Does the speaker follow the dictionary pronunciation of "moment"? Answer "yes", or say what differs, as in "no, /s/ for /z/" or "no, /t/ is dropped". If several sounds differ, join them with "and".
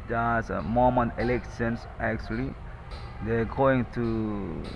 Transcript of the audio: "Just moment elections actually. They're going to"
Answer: no, /t/ is dropped